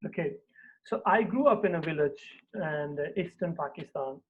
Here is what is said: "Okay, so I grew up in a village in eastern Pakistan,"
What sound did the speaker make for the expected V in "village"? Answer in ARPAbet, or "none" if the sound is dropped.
V